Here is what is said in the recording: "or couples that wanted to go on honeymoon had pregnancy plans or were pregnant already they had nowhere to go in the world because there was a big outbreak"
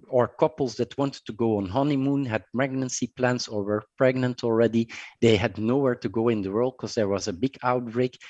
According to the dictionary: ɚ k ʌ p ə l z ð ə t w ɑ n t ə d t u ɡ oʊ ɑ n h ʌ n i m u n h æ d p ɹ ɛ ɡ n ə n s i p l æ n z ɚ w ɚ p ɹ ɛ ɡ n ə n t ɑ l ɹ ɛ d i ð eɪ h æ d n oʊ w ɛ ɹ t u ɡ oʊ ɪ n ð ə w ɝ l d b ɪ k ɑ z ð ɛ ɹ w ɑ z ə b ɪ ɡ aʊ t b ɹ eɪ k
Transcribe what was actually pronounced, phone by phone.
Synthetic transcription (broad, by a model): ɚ k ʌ p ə l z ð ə t w ɑ n t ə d t u ɡ oʊ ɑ n h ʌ n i m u n h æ d p ɹ ɛ ɡ n ə n s i p l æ n s ɚ w ɚ p ɹ ɛ ɡ n ə n t ɑ l ɹ ɛ d i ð eɪ h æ d n oʊ w ɛ ɹ t u ɡ oʊ ɪ n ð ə w ɝ l d k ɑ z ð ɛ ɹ w ɑ z ə b ɪ ɡ aʊ t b ɹ eɪ k